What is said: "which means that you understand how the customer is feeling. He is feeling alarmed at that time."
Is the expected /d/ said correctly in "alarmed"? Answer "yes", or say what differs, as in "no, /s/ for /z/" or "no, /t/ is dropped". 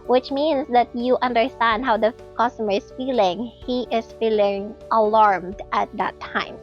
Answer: yes